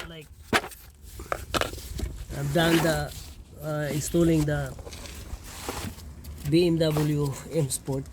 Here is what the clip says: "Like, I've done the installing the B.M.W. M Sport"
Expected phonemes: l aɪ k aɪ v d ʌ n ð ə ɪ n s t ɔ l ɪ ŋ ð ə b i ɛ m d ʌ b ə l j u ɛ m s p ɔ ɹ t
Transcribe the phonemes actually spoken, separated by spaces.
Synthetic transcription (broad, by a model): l aɪ k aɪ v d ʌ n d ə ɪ s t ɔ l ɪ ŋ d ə b i ɛ m d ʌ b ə l j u ɛ m s p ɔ ɹ t